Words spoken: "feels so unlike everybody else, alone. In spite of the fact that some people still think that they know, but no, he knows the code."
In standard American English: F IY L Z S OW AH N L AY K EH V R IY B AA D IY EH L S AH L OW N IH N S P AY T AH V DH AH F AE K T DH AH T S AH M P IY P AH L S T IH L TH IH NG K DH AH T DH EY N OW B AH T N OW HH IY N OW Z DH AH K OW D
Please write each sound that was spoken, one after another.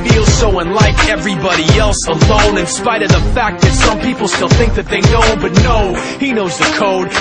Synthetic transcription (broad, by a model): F IY L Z S OW AH N L AY K EH V R IY B AA D IY EH L S AH L OW N IH N S P AY T AH V DH AH F AE K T DH AH T S AH M P IY P L S T IH L TH IH NG K DH AH T DH EY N OW B AH T N OW HH IY N OW Z DH AH K OW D